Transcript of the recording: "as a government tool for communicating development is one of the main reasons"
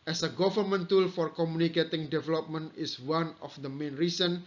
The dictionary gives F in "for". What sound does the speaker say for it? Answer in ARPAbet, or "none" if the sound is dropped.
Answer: F